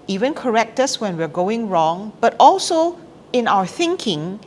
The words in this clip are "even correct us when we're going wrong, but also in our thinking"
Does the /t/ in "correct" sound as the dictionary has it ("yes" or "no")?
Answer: yes